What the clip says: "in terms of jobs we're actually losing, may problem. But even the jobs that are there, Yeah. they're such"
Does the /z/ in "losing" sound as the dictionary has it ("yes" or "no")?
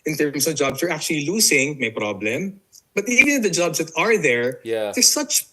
no